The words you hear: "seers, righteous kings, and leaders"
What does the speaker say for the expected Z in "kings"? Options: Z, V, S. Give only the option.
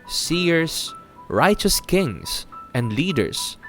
S